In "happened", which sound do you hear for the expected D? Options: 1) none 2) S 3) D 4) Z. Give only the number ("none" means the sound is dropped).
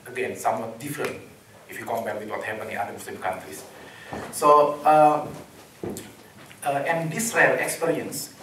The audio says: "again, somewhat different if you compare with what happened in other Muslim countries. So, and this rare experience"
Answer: 1